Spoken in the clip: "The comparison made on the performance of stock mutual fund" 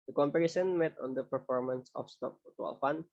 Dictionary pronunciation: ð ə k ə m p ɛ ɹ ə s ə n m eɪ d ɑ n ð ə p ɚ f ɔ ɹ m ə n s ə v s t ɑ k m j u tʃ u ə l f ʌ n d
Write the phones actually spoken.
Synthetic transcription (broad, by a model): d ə k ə m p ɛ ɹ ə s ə n m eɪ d ɑ n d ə p ɚ f ɔ ɹ m ə n s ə f s t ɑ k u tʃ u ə l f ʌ n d